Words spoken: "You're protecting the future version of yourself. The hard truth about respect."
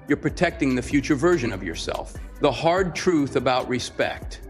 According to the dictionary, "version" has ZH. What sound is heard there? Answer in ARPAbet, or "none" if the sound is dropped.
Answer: ZH